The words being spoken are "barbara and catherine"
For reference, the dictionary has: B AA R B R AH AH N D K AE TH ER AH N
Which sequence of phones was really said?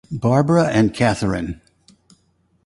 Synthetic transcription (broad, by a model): B AA R B R AH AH N K AE TH ER AH N